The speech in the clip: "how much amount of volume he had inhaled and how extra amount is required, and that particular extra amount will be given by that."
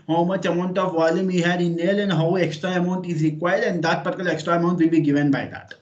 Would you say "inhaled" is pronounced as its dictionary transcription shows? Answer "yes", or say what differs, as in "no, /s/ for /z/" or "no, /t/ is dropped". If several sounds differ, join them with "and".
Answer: no, /d/ is dropped